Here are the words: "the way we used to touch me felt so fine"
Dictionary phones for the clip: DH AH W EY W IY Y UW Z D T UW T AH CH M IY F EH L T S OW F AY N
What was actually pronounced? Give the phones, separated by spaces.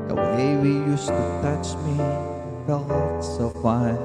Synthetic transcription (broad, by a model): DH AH W EY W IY Y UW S T UW T AH CH M IY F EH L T S OW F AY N